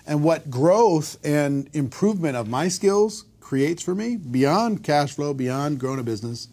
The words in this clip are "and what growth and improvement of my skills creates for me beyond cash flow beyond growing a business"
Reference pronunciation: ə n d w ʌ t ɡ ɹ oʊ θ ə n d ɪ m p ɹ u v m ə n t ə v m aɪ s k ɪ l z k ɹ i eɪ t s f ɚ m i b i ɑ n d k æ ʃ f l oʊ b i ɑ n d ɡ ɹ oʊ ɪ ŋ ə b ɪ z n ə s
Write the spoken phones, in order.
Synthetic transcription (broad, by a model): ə n w ʌ t ɡ ɹ oʊ θ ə n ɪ m p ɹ u v m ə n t ə v m aɪ s k ɪ l z k ɹ i eɪ t s f ɚ m i b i ɑ n k æ ʃ f l oʊ b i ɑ n ɡ ɹ oʊ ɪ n ə b ɪ z n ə s